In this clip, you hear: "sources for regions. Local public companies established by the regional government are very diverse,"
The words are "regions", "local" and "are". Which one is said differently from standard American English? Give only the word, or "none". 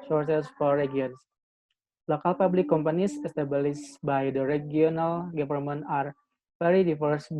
regions